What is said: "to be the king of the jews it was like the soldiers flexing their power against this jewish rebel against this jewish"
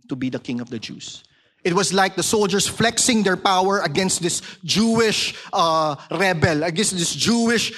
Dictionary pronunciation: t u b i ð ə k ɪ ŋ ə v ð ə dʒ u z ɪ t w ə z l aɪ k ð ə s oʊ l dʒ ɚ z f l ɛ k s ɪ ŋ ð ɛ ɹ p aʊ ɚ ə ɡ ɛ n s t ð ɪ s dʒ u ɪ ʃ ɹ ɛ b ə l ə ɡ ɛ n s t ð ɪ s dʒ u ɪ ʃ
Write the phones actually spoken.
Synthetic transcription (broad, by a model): t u b i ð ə k ɪ ŋ ə v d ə dʒ u s ɪ t w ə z l aɪ k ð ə s oʊ l dʒ ɚ s f l ɛ k s ɪ ŋ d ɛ ɹ p aʊ ɚ ə ɡ ɛ n s t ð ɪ s dʒ u ɪ ʃ ɹ ɛ b ə l ə ɡ ɛ n s t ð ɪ s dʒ u ɪ ʃ